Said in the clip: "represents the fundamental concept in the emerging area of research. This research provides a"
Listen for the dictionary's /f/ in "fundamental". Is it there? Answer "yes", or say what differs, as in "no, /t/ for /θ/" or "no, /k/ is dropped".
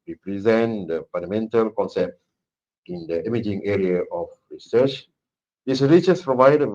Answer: no, /p/ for /f/